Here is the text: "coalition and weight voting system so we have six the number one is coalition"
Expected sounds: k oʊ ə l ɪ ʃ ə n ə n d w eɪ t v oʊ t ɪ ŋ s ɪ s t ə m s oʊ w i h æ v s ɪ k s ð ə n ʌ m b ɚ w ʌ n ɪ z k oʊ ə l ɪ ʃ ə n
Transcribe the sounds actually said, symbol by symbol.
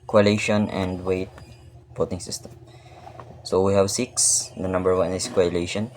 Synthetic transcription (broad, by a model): k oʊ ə l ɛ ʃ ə n ə n d w eɪ t b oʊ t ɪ ŋ s ɪ s t ə m s oʊ w i h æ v s ɪ k s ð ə n ʌ m b ɚ w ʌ n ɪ s k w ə l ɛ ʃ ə n